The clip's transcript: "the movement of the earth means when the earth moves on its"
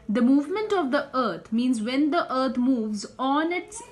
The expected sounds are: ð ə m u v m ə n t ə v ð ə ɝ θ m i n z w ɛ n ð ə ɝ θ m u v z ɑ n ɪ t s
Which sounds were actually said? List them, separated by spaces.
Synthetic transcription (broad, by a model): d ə m u v m ə n t ə v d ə ɝ t m i n z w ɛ n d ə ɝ t m u v z ɑ n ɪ t s